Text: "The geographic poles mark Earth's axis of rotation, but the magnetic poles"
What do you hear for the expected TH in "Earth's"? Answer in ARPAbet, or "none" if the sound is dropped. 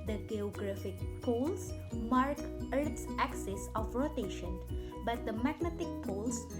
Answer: T